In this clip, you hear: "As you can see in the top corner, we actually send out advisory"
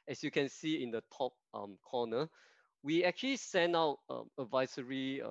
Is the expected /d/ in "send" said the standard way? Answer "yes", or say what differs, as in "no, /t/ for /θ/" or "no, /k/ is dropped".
no, /d/ is dropped